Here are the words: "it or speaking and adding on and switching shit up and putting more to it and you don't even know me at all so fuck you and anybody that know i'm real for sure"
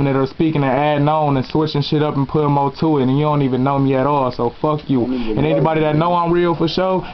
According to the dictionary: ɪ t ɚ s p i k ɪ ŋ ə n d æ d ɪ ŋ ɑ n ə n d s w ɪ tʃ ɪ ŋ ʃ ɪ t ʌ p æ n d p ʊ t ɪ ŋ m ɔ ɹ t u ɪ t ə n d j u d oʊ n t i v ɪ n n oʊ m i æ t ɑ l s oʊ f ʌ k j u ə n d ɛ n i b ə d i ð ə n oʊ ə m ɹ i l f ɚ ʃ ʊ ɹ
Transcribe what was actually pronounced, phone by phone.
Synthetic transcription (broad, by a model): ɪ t ɚ s p i k ɪ ŋ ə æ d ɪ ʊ n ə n s w ɪ tʃ ɪ ŋ ʃ ɪ t ʌ p n p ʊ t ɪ m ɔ l t u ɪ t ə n j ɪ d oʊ n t i v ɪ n n oʊ m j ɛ t ɑ l s oʊ f ʌ k j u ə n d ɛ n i b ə d i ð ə n oʊ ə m ɹ i l f ɚ ʃ ʊ